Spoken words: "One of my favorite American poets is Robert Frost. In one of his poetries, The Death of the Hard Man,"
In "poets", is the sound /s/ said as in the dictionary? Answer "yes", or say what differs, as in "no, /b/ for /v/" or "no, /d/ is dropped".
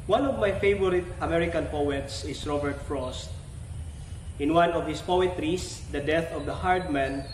yes